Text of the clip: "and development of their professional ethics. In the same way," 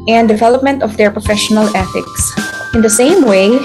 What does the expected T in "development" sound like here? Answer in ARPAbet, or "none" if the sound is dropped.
T